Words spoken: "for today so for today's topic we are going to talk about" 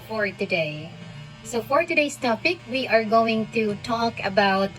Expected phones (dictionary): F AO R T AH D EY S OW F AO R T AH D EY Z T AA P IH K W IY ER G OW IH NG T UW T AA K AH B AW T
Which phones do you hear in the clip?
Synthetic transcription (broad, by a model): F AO R T AH D EY S OW F AO R T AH D EY S T AA P IH K W IY ER G OW IH NG T UW T AA K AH B AW T